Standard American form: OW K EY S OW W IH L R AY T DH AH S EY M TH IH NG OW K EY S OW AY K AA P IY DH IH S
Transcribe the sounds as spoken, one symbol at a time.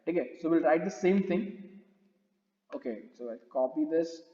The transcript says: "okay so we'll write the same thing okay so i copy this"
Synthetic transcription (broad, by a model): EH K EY S OW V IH L R AY T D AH S EY M T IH NG OW K EY S OW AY K AA P IY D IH S